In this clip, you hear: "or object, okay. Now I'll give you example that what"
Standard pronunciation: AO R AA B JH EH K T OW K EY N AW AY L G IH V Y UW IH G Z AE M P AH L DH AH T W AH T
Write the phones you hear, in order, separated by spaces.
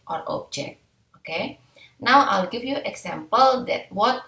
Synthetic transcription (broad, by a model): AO R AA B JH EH K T OW K EY N AW AY L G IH F Y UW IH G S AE M P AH L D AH T W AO T